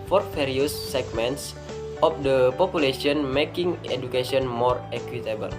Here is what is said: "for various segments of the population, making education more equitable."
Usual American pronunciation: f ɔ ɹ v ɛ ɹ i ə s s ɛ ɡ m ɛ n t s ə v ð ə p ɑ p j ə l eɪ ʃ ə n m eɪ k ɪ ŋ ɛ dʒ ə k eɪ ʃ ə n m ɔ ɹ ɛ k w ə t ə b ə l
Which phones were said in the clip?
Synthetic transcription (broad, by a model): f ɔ ɹ f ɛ ɹ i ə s s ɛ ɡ m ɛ n t s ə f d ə p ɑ p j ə l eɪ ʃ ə n m eɪ k ɪ ŋ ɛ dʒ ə k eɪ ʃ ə n m ɔ ɹ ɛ k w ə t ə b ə l